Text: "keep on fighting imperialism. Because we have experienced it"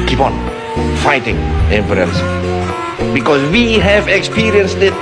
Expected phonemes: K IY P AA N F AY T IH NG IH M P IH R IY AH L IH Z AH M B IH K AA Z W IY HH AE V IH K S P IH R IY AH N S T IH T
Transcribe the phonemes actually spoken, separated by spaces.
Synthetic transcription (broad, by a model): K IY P AA N F AY T IH NG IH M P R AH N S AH B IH K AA S W IY HH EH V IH K S P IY R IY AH N S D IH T